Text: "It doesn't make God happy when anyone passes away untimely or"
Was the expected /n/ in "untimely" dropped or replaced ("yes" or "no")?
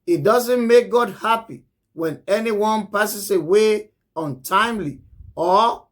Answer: no